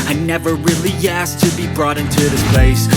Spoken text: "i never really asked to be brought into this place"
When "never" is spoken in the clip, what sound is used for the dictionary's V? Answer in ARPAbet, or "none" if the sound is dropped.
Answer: V